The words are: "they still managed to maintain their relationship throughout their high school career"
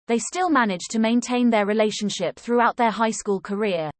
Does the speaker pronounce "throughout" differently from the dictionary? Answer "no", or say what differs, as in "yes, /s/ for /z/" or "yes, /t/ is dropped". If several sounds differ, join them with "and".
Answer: no